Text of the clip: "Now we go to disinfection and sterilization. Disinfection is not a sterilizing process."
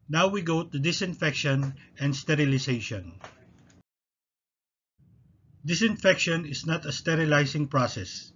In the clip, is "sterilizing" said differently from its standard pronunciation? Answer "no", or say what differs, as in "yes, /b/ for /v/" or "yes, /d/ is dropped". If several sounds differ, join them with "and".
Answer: yes, /s/ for /z/